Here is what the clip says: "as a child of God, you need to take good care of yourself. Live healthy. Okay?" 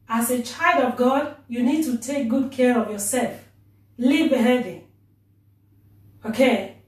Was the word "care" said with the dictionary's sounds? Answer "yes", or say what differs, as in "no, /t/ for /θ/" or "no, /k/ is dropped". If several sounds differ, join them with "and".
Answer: yes